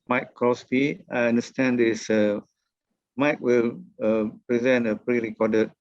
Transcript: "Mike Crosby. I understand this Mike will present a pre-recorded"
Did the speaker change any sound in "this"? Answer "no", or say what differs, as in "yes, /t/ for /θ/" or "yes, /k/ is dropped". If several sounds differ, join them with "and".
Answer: yes, /s/ is dropped